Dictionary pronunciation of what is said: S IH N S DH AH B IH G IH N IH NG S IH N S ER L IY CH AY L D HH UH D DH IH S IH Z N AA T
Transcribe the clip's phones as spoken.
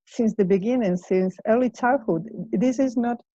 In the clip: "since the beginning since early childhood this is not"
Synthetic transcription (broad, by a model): S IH N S DH AH B IH G IH N IH NG S IH N S ER L IY CH AY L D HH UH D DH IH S IH Z N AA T